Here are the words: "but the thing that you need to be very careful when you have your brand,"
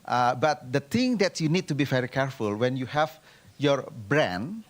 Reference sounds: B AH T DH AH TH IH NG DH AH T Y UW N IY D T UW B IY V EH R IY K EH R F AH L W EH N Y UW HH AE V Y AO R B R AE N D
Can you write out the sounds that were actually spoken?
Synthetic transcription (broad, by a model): B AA T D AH T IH NG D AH T Y UW N IY D T UW B IY V EH R IY K EH R F AH L W EH N Y UW HH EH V Y AO R B R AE N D